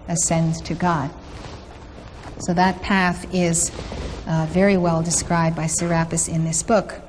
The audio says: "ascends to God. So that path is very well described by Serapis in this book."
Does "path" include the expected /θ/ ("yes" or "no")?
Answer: yes